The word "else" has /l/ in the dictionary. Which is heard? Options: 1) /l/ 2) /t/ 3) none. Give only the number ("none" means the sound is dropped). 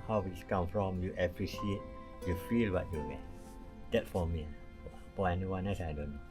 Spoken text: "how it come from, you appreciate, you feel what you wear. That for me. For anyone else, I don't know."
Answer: 3